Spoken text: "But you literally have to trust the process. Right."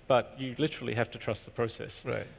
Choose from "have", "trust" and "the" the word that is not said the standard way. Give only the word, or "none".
have